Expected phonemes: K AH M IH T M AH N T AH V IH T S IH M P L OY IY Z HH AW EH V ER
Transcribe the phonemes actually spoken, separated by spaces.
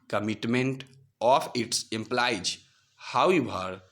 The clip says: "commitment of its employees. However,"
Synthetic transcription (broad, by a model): K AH M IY T M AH N T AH P IH T S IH M P L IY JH HH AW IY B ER